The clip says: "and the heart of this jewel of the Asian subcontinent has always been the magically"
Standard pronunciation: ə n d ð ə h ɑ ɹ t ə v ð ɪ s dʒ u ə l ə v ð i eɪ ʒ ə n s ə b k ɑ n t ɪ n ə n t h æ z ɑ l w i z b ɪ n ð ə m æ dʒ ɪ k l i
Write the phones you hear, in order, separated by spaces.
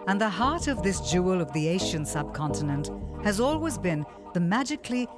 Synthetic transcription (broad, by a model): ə n ð ə h ɑ ɹ t ə v ð ɪ s dʒ u ə l ə v ð i eɪ ʃ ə n s ə b k ɑ n t ɪ n ə n t h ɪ z ɑ l w i z b ɪ n ð ə m æ dʒ ɪ k l i